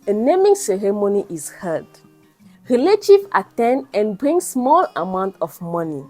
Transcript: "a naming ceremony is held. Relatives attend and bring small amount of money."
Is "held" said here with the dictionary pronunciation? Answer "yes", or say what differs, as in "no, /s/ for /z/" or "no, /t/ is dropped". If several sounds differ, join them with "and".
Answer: no, /l/ is dropped